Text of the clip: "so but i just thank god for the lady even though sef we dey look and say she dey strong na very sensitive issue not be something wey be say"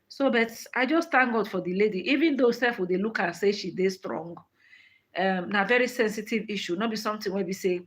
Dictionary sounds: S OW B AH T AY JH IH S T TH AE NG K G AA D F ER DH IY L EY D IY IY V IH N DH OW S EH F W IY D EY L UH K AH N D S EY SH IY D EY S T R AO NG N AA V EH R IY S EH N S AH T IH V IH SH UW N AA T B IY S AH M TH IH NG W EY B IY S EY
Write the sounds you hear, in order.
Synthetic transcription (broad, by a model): S OW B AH T AY JH IH S T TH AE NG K G AA D F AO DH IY L EY D IY IY V IH N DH OW S EH F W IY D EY L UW K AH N S EY SH IY D EY S T R AO NG N AA V EH R IY S EH N S AH T IH V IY SH UW N AA T B IY S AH M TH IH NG W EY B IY S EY